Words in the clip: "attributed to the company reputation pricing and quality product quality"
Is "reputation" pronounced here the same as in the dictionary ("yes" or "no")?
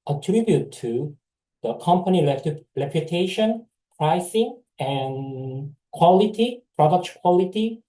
no